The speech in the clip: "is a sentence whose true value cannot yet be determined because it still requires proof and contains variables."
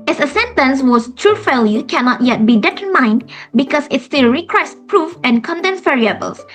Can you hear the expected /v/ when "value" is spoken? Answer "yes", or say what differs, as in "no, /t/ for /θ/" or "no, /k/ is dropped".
no, /f/ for /v/